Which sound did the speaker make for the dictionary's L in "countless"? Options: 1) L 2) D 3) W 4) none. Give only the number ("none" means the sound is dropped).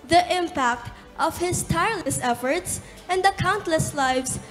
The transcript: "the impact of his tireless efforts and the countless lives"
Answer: 1